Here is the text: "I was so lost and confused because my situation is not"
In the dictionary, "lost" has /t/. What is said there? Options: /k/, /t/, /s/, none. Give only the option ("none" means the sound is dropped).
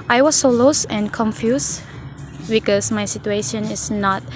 none